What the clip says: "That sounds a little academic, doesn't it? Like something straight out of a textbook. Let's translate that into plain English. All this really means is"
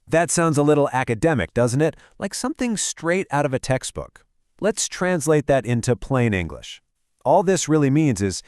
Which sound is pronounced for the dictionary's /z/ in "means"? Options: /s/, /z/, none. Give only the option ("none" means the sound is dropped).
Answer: /z/